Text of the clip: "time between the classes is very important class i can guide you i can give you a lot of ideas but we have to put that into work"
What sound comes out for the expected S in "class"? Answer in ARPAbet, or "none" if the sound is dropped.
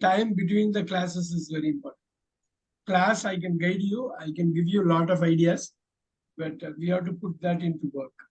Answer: S